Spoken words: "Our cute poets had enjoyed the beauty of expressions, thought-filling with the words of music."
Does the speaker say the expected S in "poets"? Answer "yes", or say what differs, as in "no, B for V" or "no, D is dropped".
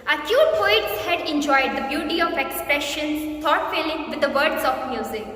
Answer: yes